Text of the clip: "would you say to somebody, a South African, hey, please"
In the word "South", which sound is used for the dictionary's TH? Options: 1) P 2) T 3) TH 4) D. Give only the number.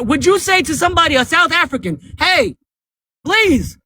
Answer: 3